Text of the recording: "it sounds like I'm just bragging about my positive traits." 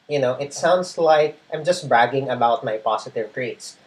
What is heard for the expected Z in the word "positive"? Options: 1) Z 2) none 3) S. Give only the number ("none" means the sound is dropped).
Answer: 3